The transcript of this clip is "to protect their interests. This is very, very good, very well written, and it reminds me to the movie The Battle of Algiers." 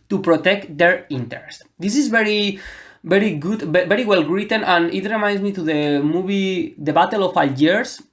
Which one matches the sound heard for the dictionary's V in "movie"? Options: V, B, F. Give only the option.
B